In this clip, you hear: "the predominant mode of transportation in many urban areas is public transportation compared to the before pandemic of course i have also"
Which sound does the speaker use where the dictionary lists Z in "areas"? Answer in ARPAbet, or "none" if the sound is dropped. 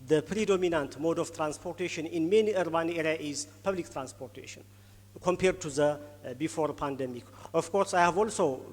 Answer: none